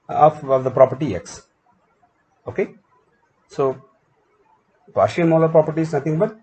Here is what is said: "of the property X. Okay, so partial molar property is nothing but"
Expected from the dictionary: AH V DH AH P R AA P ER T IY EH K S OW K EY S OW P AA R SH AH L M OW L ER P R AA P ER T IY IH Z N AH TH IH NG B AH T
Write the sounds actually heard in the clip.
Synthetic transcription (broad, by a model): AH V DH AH P R AA P ER T IY EH K S OW K EY S OW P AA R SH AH N M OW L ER P R AA P ER T IY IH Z N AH T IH NG B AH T